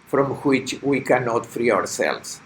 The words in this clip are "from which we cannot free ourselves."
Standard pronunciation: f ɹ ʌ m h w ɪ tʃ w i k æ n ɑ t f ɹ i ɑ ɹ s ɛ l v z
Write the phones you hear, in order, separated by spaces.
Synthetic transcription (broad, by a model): f ɹ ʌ m h w ɪ tʃ w i k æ n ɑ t f ɹ i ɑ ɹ s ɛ l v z